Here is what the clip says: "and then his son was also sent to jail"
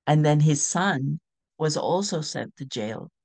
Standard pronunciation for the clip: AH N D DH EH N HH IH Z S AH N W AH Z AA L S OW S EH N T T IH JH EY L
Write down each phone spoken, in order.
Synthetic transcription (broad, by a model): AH N DH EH N IH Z S AH N W AH Z AA L S OW S EH N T T IH JH EY L